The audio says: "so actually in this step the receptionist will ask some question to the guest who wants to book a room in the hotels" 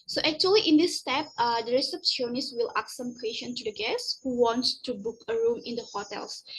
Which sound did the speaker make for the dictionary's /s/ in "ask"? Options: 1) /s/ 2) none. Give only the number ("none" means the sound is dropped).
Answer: 2